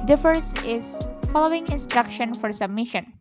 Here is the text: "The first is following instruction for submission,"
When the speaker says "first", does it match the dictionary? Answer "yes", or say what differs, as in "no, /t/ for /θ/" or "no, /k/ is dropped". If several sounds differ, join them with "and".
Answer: no, /t/ is dropped